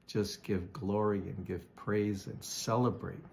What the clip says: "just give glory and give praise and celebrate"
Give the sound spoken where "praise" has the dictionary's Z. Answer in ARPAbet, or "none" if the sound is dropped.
Z